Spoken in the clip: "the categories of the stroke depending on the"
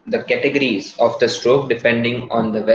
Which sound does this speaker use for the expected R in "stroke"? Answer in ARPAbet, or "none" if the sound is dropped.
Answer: R